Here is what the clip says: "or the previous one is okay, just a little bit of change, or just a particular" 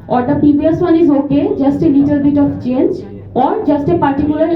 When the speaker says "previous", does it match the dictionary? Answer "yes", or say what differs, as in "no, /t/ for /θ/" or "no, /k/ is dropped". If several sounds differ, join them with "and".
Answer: no, /ɹ/ is dropped and /b/ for /v/